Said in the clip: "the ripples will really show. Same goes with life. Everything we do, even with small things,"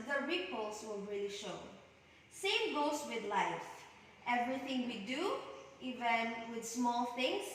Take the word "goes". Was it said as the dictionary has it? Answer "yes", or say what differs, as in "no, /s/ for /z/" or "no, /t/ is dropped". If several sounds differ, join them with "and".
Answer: no, /s/ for /z/